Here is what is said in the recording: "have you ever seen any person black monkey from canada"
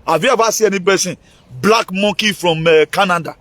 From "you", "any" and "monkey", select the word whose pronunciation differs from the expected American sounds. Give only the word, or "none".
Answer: monkey